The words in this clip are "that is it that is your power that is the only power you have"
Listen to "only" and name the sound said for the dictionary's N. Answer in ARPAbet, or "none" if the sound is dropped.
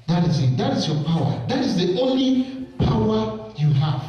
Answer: N